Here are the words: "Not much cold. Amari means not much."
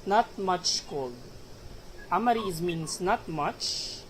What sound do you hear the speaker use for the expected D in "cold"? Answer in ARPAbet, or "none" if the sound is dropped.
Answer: none